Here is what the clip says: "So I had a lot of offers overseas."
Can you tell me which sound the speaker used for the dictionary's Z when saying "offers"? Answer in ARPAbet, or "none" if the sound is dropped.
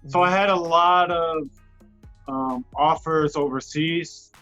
Z